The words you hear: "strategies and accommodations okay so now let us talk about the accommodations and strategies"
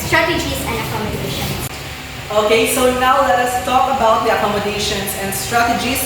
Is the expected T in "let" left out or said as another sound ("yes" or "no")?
no